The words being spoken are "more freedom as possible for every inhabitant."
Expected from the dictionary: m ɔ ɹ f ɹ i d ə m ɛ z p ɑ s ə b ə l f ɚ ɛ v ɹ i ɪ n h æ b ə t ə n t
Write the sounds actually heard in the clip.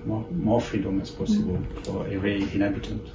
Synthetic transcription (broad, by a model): m ɔ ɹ f ɹ i d ə m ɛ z p ɑ s ə b ə l f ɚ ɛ ɹ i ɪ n h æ b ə t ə n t